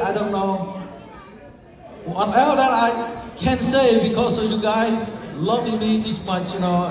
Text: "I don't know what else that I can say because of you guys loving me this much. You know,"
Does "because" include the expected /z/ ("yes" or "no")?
no